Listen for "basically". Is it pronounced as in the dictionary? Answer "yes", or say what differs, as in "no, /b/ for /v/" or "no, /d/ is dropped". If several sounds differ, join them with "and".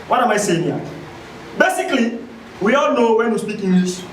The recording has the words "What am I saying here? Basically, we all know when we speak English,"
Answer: yes